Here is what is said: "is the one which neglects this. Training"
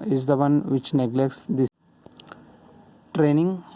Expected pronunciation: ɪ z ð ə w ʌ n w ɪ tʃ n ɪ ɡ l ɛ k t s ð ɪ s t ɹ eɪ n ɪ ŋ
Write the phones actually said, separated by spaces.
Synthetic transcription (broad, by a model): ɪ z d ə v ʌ n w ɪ tʃ n ɪ ɡ l ɛ k t s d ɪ t ɹ eɪ n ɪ ŋ